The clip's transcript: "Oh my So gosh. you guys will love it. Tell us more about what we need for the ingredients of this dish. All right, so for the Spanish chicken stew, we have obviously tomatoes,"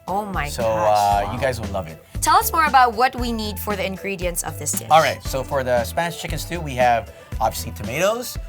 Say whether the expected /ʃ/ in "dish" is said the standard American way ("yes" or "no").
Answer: no